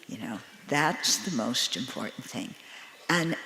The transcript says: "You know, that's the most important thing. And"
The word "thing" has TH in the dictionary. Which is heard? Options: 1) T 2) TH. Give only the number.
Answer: 2